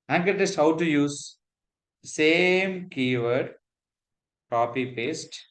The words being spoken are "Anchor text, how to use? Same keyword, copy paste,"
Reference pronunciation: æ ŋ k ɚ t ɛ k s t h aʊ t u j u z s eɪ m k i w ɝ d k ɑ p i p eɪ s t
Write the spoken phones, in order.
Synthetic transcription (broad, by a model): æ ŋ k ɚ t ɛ s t h aʊ t u j u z s eɪ m k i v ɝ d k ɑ p i p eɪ s t